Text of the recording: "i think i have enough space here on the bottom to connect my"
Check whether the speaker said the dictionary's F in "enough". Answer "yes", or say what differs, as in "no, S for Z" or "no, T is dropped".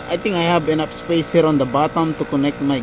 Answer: no, P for F